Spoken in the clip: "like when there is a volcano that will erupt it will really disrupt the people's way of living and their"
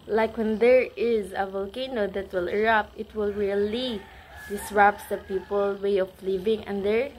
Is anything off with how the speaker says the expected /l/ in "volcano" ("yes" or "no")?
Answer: no